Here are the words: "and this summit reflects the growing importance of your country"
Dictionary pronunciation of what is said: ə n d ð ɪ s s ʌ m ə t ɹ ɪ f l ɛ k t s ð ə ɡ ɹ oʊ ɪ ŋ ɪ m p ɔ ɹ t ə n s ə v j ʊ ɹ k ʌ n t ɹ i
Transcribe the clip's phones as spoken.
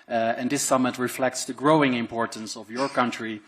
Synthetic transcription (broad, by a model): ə n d ɪ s s ʌ m ə t ɹ ɪ f l ɛ k t s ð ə ɡ ɹ oʊ ɪ ŋ ɪ m p ɔ ɹ t ə n s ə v j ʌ ɹ k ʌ n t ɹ i